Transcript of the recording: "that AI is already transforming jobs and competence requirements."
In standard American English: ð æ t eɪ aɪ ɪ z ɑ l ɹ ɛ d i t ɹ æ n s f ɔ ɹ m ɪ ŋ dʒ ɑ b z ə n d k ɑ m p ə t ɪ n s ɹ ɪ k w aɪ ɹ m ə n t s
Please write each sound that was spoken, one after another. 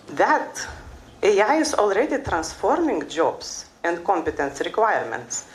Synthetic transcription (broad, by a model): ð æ t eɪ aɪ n s ɑ l ɹ ɛ d i t ɹ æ n s f ɔ ɹ m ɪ ŋ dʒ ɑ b s ə n d k ɑ m p ə t ɪ n s ɹ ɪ k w aɪ ɹ m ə n t s